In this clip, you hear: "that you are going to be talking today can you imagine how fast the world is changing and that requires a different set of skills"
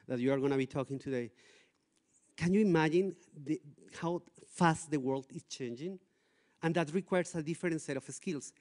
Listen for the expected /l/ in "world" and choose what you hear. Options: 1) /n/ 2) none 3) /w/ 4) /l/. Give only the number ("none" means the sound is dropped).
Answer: 4